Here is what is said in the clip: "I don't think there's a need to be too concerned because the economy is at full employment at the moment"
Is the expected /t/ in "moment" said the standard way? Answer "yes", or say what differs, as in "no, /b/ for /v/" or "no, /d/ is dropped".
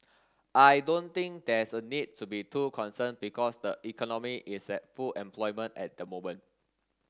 no, /t/ is dropped